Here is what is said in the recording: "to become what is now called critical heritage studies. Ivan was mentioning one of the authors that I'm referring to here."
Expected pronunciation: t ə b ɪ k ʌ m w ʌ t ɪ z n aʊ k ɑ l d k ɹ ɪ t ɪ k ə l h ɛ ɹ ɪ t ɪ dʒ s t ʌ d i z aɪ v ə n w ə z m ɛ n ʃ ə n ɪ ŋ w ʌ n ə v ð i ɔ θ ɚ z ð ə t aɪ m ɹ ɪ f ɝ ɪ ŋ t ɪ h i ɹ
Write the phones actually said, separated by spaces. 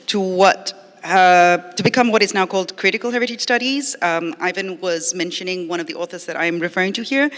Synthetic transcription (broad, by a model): t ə b ɪ k ʌ m w ʌ t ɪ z n aʊ k ɑ l d k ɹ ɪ t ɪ k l h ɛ ɹ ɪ t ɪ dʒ s t ʌ d i z aɪ v ə n w ə z m ɛ n ʃ ə n ɪ ŋ w ʌ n ə v ð i ɔ θ ɚ z ð ə t aɪ m ɹ ɪ f ɝ ɪ ŋ t ɪ h i ɹ